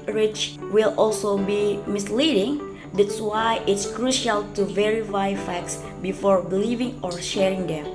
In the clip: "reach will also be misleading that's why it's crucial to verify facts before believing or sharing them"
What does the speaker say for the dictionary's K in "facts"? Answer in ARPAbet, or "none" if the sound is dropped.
K